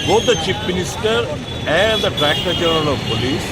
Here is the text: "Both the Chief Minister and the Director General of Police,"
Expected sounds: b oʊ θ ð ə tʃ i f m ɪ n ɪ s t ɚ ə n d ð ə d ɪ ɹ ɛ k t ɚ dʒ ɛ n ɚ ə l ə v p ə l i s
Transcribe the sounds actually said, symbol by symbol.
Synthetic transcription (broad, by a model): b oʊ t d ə tʃ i p m ɪ n ɪ s t ɚ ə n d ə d ɹ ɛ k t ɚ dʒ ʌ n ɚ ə l ə v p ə l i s